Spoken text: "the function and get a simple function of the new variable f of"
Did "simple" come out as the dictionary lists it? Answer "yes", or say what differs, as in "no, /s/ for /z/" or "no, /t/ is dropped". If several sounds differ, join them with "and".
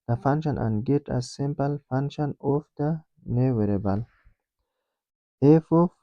yes